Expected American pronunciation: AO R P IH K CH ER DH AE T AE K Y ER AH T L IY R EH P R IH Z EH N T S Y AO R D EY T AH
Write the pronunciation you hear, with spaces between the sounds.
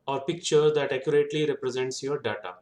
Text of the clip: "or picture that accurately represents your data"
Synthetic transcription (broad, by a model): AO R P IH K CH ER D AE T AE K Y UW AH T L IY R EH P R IH Z EH N T S Y AO R D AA T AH